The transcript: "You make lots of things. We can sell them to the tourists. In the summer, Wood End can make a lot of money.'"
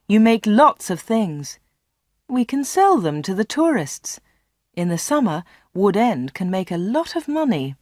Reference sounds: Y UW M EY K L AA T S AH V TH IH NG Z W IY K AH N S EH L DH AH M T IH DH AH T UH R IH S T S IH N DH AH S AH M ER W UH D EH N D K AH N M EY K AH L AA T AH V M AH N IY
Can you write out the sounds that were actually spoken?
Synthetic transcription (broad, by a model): Y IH M EY K L AA T S AH V TH IH NG Z W IY K AH N S EH L DH AH M T IH DH AH T UH R IH S T S IH N DH AH S AH M ER W UH D EH N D K AH N M EY K AH L AA T AH V M AH N IY